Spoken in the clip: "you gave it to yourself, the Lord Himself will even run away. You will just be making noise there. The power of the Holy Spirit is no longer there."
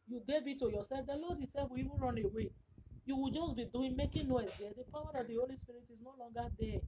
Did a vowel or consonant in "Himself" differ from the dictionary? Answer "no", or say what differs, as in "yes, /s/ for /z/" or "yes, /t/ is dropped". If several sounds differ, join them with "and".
yes, /m/ is dropped